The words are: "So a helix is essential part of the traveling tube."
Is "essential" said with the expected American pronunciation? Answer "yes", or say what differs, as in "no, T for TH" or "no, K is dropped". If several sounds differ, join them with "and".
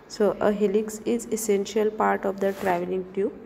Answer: yes